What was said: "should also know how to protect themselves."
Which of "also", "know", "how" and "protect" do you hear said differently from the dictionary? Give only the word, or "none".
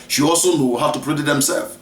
protect